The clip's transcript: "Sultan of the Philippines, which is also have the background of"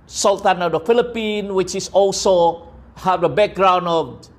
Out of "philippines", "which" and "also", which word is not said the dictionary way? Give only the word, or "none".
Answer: philippines